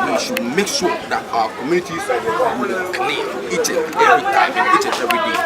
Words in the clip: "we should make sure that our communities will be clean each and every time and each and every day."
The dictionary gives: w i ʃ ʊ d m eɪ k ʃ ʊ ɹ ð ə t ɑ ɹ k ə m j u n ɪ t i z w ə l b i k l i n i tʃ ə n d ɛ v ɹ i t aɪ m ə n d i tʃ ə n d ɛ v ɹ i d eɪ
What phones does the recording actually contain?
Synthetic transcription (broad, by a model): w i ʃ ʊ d m eɪ k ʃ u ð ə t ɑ k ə m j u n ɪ t i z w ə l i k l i i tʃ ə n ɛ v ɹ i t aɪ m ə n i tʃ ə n ɛ v ɹ i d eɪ